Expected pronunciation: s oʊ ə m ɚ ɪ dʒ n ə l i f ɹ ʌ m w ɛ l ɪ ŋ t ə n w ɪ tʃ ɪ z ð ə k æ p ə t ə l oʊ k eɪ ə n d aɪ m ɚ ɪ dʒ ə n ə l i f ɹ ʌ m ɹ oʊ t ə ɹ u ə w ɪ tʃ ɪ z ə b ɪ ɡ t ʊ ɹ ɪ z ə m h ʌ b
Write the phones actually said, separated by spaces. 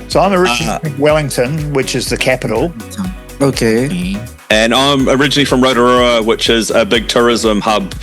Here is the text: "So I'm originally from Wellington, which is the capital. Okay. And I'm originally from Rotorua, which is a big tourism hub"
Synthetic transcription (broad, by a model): s oʊ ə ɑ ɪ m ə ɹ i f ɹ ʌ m w ɛ l ɪ ŋ t ə n w ɪ tʃ ɪ z ð ə k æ p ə t l oʊ k eɪ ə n aɪ m ɚ ɪ dʒ ə n ə l i f ɹ ʌ m ɹ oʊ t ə ɹ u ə w ɪ tʃ ɪ z ə b ɪ ɡ t ʊ ɹ ɪ z ə m h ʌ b